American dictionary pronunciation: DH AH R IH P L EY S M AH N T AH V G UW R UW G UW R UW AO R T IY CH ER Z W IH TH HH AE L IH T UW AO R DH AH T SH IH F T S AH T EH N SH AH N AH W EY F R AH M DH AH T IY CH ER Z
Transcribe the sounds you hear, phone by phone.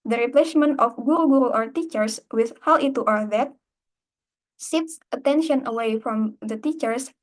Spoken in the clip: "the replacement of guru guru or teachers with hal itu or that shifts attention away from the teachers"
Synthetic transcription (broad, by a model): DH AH R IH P L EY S M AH N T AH F G UW R UW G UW R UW AO R T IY CH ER S W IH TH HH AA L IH T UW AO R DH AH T S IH T S AH T EH N SH AH N AH W EY F R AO M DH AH T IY CH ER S